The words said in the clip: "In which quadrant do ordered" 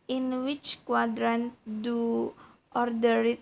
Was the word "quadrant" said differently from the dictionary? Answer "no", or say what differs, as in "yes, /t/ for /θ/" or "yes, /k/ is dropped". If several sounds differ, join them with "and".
no